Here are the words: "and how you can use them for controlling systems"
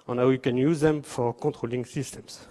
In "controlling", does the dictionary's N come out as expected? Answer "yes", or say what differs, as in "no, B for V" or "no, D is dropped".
no, N is dropped